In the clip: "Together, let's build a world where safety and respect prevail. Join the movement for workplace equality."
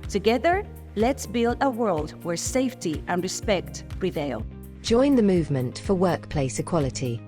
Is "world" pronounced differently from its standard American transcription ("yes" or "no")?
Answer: no